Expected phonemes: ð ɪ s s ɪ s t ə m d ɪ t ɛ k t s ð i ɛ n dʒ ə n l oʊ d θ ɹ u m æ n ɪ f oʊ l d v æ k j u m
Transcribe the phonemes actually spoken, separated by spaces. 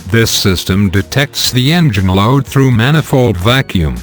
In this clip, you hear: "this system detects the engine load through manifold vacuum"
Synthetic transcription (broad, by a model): ð ɪ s s ɪ s t ə m d ɪ t ɛ k t s ð i ɛ n dʒ ə n l oʊ d θ ɹ u m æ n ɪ f oʊ l d v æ k j u m